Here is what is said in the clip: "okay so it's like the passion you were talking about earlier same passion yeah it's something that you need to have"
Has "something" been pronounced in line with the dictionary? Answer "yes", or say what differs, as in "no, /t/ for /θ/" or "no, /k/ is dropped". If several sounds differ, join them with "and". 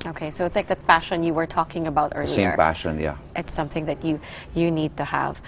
yes